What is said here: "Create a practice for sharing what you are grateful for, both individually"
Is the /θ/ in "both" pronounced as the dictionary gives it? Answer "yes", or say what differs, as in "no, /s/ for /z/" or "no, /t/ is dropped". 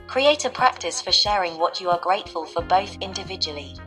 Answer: yes